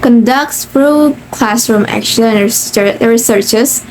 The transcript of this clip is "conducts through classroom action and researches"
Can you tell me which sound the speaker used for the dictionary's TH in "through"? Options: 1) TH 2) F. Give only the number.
2